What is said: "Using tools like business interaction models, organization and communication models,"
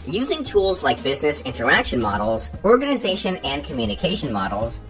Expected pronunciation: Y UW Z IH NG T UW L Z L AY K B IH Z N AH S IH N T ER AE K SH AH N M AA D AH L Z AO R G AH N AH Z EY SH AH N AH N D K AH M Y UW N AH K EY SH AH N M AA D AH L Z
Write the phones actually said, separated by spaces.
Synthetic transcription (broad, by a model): Y UW Z IH NG T UW L Z L AY K B IH Z N AH S IH N T ER AE K SH AH N M AA D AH L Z AO R G AH N AH Z EY SH AH N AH N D K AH M Y UW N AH K EY SH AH N M AA D L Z